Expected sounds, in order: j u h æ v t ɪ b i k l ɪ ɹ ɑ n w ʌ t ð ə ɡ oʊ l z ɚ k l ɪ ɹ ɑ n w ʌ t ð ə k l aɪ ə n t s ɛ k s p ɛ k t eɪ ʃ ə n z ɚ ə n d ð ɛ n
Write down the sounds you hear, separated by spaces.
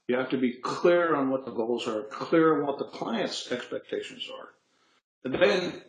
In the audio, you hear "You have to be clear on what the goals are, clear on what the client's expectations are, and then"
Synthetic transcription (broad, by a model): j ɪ h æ f t ɪ b i k l ɪ ɹ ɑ n w ʌ t ð ə ɡ oʊ l z ɚ k l ɪ ɹ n w ʌ t ð ə k l aɪ ə n t s ɛ k s p ɛ k t eɪ ʃ ə n z ɚ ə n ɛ n